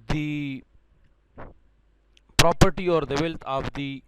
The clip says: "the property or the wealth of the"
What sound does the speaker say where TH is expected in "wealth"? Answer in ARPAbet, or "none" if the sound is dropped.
T